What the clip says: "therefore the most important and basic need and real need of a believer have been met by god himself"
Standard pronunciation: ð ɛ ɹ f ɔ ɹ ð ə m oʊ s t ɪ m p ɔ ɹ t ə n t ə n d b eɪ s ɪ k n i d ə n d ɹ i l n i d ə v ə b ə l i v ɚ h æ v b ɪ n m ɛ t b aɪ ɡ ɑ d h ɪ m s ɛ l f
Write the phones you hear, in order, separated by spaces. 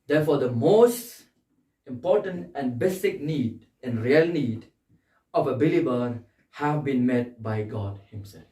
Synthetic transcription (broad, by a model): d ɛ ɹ f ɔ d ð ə m oʊ s t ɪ m p ɔ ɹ t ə n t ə n b eɪ s ɪ k n i d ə n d ɹ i l n i d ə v ə b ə l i b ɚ h æ v b ɪ n m ɛ t b aɪ ɡ ɑ d h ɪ m s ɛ l f